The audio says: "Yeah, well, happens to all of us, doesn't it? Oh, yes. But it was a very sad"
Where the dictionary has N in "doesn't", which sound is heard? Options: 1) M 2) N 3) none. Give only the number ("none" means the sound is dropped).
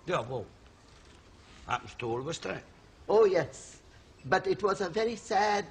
3